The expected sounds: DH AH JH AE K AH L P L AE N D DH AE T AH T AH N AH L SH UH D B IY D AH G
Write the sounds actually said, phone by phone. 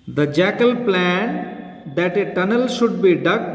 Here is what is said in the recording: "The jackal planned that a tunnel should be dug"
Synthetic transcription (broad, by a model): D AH JH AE K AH L P L AE N D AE T AH T AH N AH L SH UH D B IY D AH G